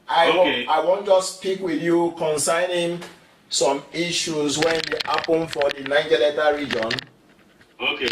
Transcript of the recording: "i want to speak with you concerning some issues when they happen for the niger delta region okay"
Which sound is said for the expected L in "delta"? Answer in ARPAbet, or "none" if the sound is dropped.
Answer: none